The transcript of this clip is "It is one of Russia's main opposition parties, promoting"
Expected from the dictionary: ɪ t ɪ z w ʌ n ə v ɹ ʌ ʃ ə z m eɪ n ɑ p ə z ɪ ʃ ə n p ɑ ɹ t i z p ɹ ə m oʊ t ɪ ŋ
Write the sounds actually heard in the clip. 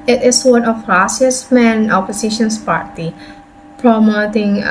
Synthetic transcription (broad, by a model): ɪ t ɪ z w ʌ n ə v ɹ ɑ s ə s m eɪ n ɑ p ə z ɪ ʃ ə n p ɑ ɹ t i p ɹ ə m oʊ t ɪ ŋ